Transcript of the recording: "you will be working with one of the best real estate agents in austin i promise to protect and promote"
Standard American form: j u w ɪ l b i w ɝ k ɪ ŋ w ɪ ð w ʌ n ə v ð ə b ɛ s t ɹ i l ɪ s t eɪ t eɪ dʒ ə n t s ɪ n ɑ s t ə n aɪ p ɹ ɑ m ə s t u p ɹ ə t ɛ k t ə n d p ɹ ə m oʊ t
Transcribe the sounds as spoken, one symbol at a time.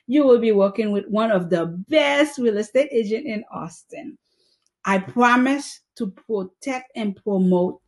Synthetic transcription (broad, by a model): j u w ɪ l b i w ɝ k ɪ ŋ w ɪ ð w ʌ n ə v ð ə b ɛ s t ɹ i l ɪ s t eɪ t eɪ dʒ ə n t ɪ n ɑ s t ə n aɪ p ɹ ɑ m ə s t u p ɹ ə t ɛ k t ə n p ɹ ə m oʊ t